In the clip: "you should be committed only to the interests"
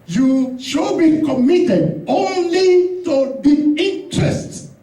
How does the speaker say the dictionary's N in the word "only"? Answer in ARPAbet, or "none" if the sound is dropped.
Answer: N